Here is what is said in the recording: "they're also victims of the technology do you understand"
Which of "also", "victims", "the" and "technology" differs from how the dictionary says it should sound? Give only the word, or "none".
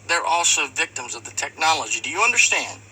none